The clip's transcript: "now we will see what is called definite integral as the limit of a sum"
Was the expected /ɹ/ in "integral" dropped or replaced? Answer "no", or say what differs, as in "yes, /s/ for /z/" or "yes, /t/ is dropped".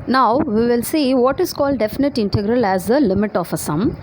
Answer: no